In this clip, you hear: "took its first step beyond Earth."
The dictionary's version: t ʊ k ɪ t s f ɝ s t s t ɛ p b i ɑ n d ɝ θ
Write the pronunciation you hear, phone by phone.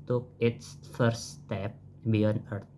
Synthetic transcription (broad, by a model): t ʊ k ɪ t s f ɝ t s t ɛ p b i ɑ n ɝ